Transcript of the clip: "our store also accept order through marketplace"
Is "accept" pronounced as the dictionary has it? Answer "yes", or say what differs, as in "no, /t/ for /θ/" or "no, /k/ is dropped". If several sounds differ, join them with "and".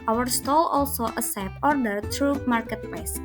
no, /k/ is dropped and /t/ is dropped